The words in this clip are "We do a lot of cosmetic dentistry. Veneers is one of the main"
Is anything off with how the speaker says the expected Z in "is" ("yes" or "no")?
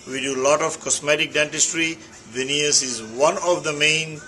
no